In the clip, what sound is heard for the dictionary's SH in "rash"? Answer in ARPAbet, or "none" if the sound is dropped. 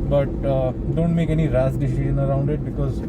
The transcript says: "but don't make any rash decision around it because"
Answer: S